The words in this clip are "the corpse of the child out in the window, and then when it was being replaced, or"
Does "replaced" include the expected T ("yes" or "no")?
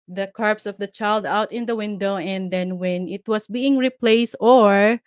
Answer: yes